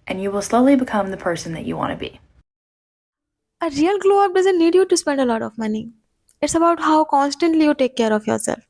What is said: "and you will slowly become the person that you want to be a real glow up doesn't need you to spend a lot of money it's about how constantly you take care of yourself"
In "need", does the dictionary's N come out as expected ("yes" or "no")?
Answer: yes